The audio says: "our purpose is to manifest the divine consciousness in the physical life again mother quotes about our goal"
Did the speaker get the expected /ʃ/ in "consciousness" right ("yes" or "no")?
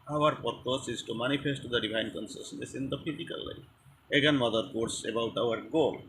no